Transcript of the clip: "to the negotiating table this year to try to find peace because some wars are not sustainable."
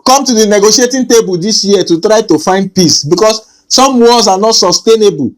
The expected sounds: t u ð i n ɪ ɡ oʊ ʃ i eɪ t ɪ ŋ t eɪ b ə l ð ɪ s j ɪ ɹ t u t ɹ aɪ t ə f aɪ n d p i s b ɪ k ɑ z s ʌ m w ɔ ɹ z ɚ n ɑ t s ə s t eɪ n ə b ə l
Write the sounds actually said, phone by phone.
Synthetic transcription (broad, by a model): t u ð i n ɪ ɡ oʊ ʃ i eɪ t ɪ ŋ t eɪ b ə l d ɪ s j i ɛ t u t ɹ aɪ t ə f aɪ n d p i s b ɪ k ɑ s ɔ m w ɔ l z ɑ n ɑ t s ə s t eɪ n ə b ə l